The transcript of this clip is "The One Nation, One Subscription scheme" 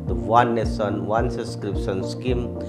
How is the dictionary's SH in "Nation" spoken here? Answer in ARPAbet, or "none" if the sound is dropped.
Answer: S